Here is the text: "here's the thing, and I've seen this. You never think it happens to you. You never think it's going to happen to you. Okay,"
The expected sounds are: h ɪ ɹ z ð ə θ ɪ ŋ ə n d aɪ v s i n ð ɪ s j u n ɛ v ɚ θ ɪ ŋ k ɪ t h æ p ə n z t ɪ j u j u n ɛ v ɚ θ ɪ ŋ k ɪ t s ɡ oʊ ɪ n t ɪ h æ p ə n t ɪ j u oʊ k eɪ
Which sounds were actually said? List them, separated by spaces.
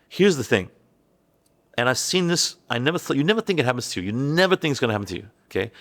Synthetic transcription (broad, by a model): h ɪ ɹ z ð ə θ ɪ ŋ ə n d aɪ v s i n ð ɪ s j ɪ n ɛ v ɚ θ ɪ ŋ k ɪ t h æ p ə n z t ɪ j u j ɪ n ɛ v ɚ θ ɪ ŋ k ɪ t s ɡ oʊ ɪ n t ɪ h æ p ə n t ɪ j u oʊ k eɪ